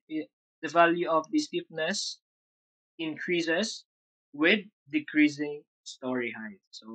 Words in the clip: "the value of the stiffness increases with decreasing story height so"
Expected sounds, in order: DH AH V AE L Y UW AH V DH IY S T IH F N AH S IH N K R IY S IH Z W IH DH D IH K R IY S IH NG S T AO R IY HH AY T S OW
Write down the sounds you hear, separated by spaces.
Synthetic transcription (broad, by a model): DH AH V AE L Y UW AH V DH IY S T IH P N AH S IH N K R IY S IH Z W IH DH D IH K R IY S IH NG S T AO R IY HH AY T S OW